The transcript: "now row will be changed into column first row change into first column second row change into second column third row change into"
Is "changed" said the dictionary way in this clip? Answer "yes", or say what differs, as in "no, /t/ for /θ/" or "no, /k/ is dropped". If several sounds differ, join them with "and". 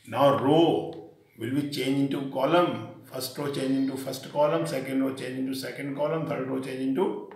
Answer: no, /d/ is dropped